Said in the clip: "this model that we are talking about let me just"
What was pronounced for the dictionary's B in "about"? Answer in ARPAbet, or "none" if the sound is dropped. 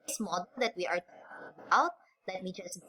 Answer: none